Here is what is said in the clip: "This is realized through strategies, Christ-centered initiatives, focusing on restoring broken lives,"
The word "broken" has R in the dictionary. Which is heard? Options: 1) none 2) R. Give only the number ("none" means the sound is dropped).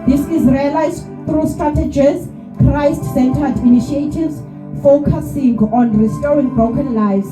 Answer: 1